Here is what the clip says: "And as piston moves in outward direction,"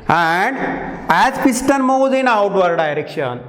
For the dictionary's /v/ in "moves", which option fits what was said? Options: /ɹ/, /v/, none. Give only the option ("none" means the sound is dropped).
none